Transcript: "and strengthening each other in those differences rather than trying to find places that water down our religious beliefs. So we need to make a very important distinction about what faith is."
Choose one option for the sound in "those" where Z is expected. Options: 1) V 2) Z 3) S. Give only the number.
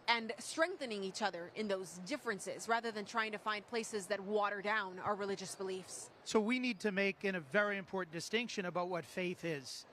2